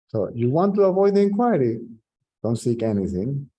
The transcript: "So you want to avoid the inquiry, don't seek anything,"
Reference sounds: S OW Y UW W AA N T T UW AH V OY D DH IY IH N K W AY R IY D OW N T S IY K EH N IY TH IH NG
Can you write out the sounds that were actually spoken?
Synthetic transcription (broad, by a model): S OW Y UW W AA N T T UW AH V OY D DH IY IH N K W AY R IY D OW N T S IY K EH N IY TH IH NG